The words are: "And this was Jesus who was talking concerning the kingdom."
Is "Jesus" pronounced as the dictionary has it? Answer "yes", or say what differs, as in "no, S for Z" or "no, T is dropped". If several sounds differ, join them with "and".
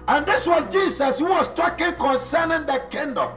no, S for Z